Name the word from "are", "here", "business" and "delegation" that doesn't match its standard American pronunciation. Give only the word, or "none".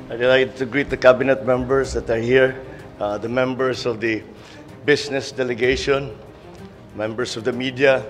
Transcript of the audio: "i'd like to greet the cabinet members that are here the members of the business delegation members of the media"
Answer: business